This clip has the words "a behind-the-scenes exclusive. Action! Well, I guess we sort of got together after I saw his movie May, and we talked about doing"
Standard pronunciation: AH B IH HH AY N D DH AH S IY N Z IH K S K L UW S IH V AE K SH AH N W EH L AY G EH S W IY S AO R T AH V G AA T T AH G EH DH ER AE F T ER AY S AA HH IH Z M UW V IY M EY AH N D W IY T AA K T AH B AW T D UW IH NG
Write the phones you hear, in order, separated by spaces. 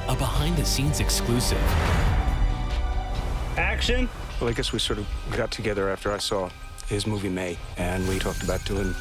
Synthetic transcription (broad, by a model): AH B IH HH AY N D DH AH S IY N Z IH K S K L UW S IH V AE K SH AH N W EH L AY G EH S W IY S AO R T AH V G AA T T AH G EH DH ER AE F T ER AY S AA HH IH Z M UW V IY M EY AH N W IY T AA K T AH B AW T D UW IH NG